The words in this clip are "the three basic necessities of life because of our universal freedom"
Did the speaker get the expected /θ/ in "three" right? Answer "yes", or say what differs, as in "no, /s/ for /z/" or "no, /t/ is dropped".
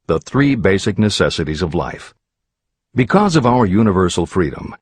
yes